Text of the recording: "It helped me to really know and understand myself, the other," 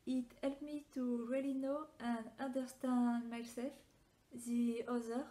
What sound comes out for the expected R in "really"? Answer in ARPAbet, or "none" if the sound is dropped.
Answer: R